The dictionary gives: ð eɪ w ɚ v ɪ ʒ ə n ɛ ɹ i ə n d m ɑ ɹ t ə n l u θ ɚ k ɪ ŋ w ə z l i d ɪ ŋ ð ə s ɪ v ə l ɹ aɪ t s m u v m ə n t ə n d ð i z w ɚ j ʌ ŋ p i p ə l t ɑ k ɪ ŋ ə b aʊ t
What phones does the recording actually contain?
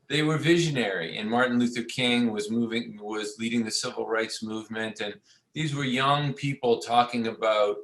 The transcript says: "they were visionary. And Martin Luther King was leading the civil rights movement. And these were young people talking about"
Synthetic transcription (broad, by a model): ð eɪ w ɚ v ɪ ʒ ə n ɛ ɹ i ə n m ɑ ɹ t n l u θ ɚ k ɪ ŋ w ə z l i d ɪ ŋ ð ə s ɪ v l ɹ aɪ t s m u v m ə n t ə n ð i z w ɚ j ʌ ŋ p i p l t ɑ k ɪ ŋ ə b aʊ t